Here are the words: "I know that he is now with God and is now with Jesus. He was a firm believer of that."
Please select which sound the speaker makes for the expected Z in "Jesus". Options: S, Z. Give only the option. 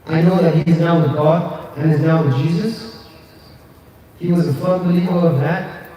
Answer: Z